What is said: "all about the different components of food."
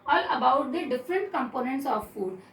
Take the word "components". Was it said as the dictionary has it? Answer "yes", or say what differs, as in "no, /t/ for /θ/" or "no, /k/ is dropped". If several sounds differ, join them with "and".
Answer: yes